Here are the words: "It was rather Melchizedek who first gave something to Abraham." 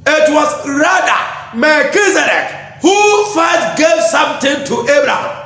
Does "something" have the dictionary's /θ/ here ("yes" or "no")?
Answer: no